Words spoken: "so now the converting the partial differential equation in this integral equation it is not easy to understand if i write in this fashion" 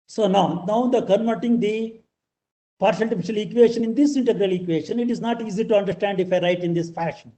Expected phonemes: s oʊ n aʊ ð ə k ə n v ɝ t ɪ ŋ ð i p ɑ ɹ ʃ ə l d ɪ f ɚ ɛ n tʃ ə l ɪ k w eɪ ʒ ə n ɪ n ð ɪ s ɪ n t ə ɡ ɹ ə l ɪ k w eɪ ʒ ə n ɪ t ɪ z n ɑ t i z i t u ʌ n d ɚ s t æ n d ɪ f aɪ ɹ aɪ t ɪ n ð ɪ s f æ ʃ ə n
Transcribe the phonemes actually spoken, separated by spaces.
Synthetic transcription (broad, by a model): s oʊ n aʊ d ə k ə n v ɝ t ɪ ŋ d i p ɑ ɹ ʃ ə l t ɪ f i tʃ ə l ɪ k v eɪ ʃ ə n ɪ n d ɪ s ɪ n t ə ɡ ɹ ə l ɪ k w eɪ ʃ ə n ɪ t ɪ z n ɑ t i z i t u ʌ n d ɚ s t æ n d ɪ f aɪ ɹ aɪ t ɪ n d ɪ s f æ ʃ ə n